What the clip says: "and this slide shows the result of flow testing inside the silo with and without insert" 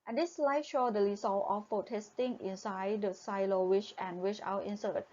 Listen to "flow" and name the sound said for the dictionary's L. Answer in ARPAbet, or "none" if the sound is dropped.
none